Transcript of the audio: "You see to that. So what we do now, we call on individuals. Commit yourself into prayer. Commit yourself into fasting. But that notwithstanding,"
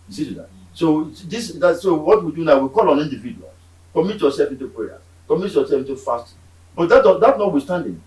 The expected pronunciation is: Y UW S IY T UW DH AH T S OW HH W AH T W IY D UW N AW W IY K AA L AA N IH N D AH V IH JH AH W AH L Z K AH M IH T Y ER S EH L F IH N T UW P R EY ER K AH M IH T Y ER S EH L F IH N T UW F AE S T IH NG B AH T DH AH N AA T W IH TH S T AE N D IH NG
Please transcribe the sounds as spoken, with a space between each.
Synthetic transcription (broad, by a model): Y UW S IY T UW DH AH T S OW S W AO T W IY D UW N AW W IY K AA L AA N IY N D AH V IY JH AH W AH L K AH M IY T Y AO S EH L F IH N T UW P R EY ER K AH M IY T Y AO S EH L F IH N T UW F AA S T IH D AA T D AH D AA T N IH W S T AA N D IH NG